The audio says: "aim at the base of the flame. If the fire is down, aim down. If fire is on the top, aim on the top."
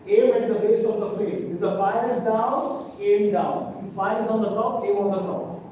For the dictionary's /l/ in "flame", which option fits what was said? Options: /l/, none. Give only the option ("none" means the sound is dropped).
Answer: none